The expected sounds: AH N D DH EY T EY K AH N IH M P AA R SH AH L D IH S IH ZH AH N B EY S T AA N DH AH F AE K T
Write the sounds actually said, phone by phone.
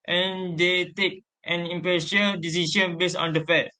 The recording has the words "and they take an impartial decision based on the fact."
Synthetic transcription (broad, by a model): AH N D EY T EY K AH N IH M P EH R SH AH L D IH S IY SH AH N B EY S AA N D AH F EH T